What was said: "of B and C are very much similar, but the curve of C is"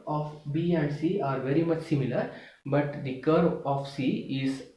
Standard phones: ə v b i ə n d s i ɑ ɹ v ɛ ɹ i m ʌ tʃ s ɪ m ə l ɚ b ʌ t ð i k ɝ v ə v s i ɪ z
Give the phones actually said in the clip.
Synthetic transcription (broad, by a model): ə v b i ə n d s i ɑ ɹ v ɛ ɹ i m ʌ tʃ s ɪ m ə l ɚ b ʌ t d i k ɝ ə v s i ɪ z